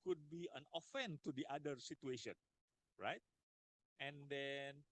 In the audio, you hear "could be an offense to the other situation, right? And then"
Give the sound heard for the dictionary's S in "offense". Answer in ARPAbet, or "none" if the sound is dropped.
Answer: none